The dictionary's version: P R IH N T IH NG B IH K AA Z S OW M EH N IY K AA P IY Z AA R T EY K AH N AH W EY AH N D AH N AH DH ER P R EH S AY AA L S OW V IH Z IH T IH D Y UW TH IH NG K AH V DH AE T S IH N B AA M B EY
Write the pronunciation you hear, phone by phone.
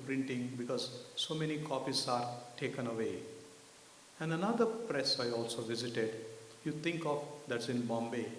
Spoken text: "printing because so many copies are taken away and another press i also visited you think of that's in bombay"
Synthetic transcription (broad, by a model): P R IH N T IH NG B IH K AA Z S OW M EH N IY K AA P IY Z AA R T EY K AH N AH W EY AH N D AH N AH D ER P R EH S AY AA L S OW V IH Z IH T IH D Y UW T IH NG K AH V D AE T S IH N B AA M B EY